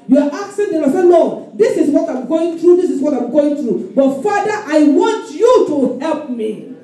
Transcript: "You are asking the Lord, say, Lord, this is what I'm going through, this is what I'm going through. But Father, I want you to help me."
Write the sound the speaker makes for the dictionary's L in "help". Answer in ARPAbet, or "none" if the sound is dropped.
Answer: L